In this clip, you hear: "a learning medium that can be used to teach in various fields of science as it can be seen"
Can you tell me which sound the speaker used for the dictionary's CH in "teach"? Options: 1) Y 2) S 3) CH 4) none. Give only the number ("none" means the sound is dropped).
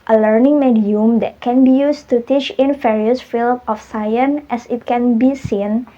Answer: 3